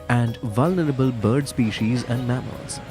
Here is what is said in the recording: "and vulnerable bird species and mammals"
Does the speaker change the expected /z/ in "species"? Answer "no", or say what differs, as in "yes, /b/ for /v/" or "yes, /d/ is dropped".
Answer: no